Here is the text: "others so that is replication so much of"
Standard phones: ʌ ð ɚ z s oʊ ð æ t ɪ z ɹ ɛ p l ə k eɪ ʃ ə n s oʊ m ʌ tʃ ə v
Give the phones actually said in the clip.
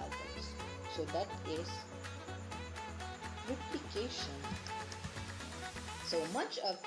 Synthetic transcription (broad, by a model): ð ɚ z s oʊ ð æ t ɪ z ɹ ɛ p l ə k eɪ ʃ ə n s oʊ m ʌ tʃ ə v